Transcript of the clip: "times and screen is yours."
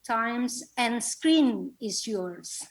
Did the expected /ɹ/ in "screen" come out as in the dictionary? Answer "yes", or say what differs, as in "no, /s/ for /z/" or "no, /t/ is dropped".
yes